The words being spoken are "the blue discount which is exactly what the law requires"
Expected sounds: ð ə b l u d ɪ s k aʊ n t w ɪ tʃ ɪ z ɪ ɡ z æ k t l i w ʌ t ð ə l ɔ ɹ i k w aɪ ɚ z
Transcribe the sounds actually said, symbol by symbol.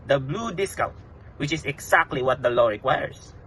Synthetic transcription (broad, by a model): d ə b l u d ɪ s k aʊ t w ɪ tʃ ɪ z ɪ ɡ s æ k t l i w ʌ t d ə l ɔ ɹ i k w aɪ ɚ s